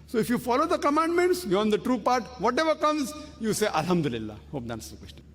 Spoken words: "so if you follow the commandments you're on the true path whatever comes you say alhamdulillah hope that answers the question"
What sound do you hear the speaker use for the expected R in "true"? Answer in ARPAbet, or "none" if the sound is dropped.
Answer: R